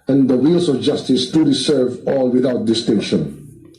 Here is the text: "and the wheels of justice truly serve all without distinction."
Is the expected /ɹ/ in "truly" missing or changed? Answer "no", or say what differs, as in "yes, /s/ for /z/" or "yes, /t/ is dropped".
yes, /ɹ/ is dropped